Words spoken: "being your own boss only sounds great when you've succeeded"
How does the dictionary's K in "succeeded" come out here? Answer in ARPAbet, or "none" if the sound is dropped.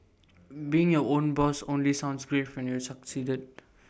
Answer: K